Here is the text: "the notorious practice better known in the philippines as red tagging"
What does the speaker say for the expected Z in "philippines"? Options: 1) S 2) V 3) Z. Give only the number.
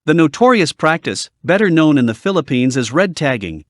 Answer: 3